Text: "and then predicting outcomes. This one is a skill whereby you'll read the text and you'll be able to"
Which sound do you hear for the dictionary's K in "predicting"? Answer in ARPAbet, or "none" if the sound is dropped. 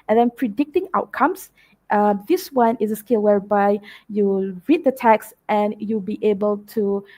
K